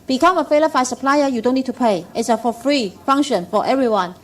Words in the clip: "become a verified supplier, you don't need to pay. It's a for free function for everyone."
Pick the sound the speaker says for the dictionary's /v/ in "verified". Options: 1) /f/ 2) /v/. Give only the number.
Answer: 1